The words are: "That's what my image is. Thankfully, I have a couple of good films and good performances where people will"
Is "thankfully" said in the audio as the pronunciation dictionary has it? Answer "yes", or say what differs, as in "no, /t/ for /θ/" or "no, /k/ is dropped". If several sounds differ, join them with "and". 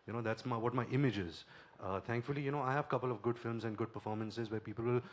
no, /t/ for /θ/